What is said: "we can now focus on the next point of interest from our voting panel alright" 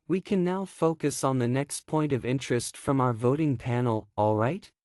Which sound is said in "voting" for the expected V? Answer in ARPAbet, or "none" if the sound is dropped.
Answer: V